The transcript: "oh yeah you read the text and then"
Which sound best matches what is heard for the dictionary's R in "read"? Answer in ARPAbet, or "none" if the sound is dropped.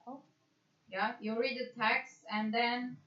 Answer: R